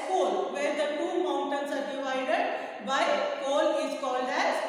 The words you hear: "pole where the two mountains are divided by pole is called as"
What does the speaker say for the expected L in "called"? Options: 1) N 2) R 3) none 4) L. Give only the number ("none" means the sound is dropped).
4